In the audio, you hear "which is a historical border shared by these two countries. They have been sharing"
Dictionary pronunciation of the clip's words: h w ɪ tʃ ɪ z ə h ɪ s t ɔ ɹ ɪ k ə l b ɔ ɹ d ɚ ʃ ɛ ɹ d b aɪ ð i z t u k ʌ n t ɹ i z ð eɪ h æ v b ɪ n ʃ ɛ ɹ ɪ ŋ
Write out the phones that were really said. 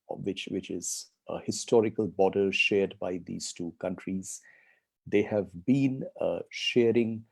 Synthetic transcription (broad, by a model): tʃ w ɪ tʃ ɪ z ə h ɪ s t ɔ ɹ ɪ k ə l b ɔ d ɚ ʃ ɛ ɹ d b aɪ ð i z t u k ʌ n t ɹ i z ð eɪ h æ v b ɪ n ʃ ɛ ɹ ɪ ŋ